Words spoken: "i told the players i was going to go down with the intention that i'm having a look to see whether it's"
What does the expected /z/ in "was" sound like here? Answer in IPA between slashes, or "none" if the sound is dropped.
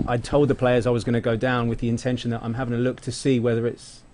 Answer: /z/